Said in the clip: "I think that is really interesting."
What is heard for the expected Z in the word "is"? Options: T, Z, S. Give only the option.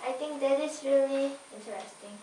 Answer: S